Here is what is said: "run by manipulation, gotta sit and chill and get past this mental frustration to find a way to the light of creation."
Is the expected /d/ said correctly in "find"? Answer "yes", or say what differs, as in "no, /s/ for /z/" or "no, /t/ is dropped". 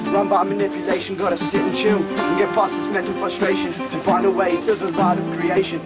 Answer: yes